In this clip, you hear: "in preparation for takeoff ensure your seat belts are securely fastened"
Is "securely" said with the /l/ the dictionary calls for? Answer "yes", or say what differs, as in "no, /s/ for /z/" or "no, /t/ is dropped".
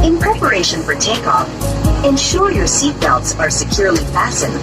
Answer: yes